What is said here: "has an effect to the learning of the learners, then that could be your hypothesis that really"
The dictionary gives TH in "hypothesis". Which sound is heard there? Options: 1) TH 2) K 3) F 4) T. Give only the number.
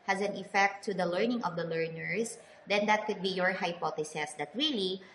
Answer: 4